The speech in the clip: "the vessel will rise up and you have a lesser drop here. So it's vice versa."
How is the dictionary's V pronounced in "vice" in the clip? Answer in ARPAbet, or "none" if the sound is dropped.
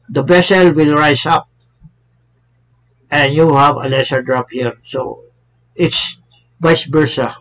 B